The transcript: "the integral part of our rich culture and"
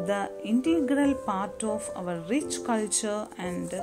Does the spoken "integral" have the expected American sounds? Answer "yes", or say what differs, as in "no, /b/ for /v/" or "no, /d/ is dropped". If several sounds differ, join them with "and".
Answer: yes